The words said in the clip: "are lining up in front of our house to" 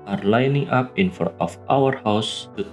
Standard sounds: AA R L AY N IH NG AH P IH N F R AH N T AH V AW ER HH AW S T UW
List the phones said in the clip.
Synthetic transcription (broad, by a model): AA R L AY N IH NG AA P IH N F AO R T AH F AW ER HH AW S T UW